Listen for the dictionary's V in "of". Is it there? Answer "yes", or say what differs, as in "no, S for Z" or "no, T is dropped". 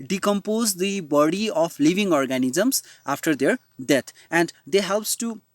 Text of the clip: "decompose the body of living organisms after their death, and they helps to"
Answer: no, P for V